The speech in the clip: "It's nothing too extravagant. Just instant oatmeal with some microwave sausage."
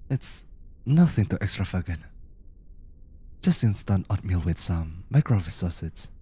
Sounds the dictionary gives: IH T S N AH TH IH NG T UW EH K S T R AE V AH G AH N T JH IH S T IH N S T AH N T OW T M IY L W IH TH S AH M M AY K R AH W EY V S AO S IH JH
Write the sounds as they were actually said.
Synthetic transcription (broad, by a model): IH T S N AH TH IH NG T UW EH K S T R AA F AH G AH T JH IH S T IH N S T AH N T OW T M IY L W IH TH S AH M M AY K R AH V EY S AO S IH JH